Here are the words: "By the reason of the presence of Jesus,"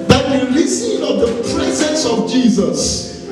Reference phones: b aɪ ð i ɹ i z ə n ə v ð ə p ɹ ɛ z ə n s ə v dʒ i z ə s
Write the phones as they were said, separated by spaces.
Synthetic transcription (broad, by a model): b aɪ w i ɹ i s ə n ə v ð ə p ɹ ɛ z ə n s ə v dʒ i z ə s